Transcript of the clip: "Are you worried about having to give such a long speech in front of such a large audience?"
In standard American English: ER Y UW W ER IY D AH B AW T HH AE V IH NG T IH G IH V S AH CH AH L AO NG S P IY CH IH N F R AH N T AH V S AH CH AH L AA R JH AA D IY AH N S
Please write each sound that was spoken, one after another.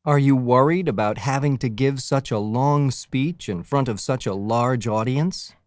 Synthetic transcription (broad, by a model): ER Y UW W ER IY D AH B AW T HH AE V IH NG T IH G IH V S AH CH AH L AO NG S P IY CH IH N F R AH N T AH V S AH CH AH L AA R JH AA D IY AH N S